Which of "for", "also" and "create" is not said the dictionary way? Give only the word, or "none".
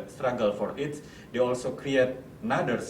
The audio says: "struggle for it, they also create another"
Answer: none